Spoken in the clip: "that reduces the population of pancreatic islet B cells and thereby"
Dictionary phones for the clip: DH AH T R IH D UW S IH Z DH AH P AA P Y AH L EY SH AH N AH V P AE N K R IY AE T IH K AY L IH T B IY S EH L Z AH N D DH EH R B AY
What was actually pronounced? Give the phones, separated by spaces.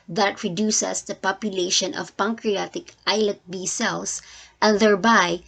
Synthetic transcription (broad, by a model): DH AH T R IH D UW S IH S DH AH P AA P Y AH L EY SH AH N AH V P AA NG K R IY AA T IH K AY L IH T B IY S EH L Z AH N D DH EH R B AY